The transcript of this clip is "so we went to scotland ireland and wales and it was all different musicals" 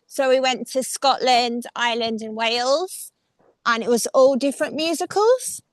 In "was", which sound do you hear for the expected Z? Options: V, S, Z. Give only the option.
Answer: Z